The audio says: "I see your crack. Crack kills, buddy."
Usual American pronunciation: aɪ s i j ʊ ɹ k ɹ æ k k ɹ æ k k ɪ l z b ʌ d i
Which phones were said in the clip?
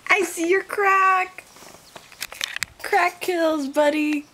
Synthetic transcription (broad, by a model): aɪ s i j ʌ ɹ k ɹ æ k k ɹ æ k k ɪ l z b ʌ d i